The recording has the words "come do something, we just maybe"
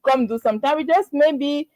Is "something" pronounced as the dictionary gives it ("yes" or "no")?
no